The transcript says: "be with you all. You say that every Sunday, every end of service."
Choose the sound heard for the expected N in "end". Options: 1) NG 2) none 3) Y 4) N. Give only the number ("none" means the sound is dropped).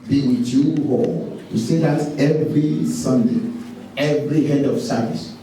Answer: 2